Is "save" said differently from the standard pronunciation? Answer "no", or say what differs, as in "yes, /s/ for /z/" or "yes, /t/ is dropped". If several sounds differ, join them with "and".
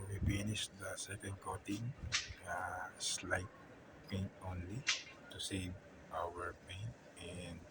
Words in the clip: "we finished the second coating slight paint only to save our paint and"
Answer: yes, /v/ is dropped